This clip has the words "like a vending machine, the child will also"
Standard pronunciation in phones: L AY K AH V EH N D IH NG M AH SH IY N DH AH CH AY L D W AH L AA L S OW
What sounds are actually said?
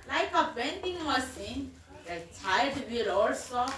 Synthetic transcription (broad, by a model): L AY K AH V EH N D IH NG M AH S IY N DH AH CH AY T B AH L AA L S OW